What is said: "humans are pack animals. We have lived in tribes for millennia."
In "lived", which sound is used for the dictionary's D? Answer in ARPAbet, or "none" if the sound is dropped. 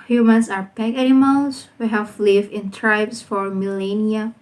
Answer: none